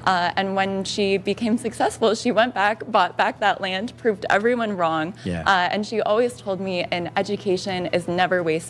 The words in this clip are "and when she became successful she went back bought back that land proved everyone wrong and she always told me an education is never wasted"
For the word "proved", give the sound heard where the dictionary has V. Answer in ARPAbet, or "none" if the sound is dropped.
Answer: V